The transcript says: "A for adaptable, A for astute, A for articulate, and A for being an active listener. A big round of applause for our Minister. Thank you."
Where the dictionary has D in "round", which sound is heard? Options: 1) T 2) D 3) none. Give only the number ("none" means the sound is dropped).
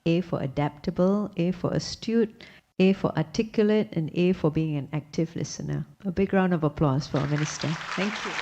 2